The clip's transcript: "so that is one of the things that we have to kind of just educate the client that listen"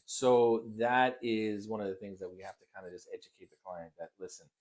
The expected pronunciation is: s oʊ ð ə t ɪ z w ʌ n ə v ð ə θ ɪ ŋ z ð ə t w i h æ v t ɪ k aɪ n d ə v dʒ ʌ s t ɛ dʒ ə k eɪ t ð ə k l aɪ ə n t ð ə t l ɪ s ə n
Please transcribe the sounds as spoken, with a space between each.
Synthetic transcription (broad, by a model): s oʊ ð ə t ɪ z w ʌ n ə v ð ə θ ɪ ŋ z ð ə t w i h æ f t ɪ k aɪ n d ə dʒ ʌ s t ɛ dʒ ə k eɪ t ð ə k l aɪ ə n ð ə t l ɪ s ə n